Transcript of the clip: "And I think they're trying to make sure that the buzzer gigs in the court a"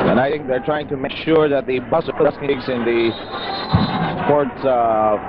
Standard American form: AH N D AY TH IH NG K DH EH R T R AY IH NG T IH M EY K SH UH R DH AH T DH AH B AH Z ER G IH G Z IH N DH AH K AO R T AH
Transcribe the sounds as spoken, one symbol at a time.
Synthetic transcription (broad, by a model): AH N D AY TH IH NG K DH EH R T R AY IH NG T IH M EY K SH UH R DH AH T DH AH B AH S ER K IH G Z IH N DH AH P AO R T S